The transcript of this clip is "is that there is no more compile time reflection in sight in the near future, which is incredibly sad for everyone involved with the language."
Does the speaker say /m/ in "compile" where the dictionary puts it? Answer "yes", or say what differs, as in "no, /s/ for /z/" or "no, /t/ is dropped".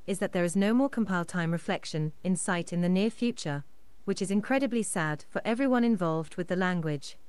yes